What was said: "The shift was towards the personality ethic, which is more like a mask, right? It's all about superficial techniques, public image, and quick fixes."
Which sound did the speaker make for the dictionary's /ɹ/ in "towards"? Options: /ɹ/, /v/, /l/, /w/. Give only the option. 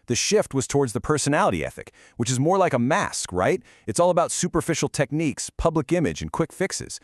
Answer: /ɹ/